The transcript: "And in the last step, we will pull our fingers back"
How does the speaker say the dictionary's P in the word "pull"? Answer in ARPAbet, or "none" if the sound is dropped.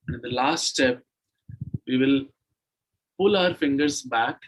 P